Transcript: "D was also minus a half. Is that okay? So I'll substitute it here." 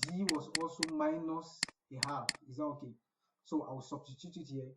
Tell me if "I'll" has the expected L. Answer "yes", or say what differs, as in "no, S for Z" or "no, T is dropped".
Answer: no, W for L